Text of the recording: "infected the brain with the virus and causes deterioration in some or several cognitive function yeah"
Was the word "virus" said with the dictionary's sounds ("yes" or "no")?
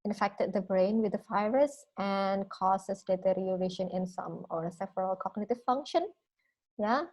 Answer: no